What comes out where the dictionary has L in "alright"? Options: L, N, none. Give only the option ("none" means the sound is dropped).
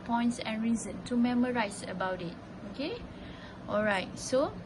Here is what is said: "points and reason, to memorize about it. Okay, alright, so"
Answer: L